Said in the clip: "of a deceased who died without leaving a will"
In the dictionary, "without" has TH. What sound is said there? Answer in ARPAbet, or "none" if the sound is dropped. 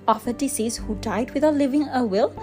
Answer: T